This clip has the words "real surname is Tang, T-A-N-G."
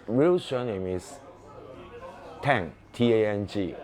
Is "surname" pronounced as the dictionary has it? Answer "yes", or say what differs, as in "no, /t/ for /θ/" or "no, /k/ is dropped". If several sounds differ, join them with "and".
no, /ʃ/ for /s/